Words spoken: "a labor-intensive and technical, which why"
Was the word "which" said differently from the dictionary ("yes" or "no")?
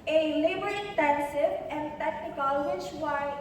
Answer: yes